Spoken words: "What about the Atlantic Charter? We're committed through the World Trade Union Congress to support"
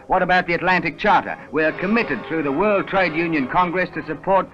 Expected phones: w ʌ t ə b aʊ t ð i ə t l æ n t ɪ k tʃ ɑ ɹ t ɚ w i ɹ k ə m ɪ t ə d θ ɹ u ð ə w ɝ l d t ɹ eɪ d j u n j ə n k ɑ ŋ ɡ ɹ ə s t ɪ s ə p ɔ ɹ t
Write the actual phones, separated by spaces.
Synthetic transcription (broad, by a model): w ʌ t ə b aʊ t ð i ə t l æ n t ɪ k tʃ ɑ ɹ t ɚ w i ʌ k ə m ɪ t ə d θ ɹ u ð ə w ɝ l d t ɹ eɪ d j u n j ə n k ɑ ŋ ɡ ɹ ə s t ɪ s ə p ɔ ɹ t